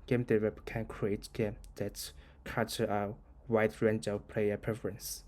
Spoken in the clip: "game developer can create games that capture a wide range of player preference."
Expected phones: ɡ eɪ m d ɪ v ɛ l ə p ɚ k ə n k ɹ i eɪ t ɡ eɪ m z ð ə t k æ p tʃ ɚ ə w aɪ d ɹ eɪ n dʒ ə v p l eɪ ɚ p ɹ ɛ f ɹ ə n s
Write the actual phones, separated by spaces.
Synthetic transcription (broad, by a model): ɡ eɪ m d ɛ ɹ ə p k ə n k ɹ i eɪ t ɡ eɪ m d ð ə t k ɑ tʃ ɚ ə w aɪ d ɹ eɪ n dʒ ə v p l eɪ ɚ p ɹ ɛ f ɹ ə n s